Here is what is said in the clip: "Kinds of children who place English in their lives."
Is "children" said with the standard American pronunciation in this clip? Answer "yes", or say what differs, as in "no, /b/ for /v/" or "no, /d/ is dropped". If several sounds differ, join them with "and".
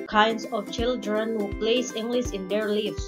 yes